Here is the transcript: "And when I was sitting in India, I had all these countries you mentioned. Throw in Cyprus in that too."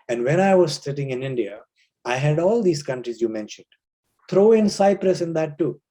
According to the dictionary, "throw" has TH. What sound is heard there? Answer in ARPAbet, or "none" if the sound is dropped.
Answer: T